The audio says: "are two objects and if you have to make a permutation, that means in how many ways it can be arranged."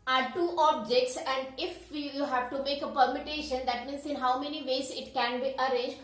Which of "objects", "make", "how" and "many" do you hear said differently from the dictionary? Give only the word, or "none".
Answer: none